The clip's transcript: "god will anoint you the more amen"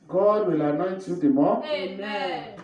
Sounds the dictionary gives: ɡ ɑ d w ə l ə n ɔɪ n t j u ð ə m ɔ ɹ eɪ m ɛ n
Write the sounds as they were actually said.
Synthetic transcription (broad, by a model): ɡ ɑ d w ə l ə n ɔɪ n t j u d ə m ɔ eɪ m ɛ